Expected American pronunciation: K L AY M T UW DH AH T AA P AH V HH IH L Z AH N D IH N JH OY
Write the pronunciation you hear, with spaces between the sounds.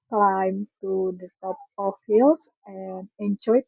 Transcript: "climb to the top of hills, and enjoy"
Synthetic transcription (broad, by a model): K L AY M T UW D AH S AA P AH F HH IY L S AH N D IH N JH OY